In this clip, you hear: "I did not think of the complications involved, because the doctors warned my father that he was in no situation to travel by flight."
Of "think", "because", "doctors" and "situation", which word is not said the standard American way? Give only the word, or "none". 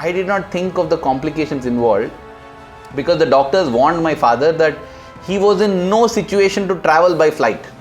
think